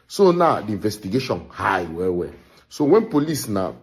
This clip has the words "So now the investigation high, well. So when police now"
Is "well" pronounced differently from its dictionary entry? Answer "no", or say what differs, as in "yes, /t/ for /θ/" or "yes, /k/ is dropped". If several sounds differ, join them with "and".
yes, /w/ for /l/